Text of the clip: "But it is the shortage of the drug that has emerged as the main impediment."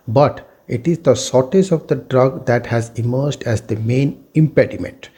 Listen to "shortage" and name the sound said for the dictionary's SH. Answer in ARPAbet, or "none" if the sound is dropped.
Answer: S